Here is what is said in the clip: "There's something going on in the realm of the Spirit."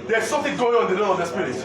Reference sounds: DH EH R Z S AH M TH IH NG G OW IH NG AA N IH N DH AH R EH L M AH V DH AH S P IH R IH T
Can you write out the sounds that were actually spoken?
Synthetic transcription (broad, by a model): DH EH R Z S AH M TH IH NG G OW IH NG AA IH N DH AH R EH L AH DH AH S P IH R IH